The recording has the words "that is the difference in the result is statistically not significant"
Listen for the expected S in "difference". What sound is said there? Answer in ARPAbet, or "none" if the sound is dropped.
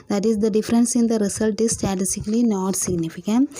S